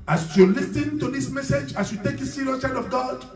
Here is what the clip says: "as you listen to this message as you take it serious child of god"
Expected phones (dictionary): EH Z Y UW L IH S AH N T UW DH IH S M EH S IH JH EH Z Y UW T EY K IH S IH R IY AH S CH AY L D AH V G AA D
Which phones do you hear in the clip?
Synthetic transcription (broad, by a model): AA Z Y UW L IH S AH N T UW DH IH S M EH S IH JH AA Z Y UW T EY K IH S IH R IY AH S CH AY D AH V G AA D